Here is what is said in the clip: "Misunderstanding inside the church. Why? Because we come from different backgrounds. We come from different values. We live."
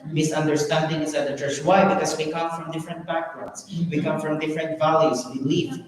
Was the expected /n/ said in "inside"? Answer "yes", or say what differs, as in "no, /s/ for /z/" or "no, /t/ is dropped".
no, /n/ is dropped